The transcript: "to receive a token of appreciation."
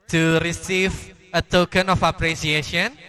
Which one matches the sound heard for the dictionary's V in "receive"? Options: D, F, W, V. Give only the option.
V